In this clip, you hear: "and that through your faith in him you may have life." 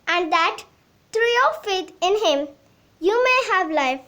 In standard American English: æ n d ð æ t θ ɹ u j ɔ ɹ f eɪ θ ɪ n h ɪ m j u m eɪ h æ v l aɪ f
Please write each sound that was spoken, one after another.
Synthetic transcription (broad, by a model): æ n d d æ t t ɹ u j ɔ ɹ f eɪ t ɪ n h ɪ m j u m eɪ h æ v l aɪ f